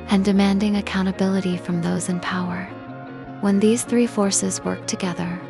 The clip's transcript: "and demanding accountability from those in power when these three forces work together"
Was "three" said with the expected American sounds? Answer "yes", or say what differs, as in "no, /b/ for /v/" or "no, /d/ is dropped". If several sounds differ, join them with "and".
yes